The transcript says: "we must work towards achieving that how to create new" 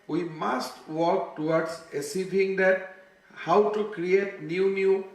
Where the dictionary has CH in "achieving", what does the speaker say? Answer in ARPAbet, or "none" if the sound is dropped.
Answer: S